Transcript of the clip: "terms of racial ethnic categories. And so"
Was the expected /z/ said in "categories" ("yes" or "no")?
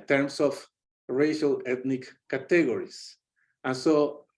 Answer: no